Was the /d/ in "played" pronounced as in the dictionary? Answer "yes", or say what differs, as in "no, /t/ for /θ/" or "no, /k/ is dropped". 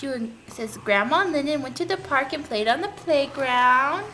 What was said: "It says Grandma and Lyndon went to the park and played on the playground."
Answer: yes